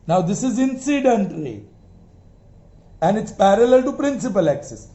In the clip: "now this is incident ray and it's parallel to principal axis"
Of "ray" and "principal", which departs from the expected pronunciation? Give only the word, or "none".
ray